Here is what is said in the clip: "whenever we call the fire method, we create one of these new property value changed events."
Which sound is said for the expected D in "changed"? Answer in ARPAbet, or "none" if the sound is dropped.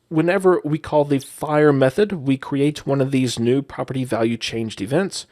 D